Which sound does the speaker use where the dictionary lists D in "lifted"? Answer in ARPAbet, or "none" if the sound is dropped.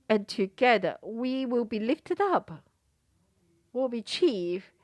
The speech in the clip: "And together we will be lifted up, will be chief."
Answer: D